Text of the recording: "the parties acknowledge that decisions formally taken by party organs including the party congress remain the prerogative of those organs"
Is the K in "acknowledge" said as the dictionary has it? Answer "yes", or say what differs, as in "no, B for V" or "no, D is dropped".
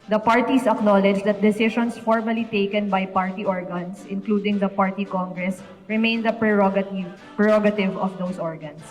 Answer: yes